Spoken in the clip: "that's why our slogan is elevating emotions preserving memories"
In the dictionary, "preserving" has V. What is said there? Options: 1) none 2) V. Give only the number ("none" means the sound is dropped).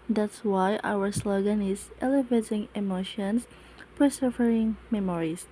1